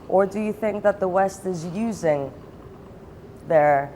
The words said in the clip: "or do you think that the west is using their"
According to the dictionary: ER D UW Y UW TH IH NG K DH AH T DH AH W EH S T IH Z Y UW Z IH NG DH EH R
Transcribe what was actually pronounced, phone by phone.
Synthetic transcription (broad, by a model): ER D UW Y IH TH IH NG K DH AH T DH AH W EH S T IH Z Y UW Z IH NG DH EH R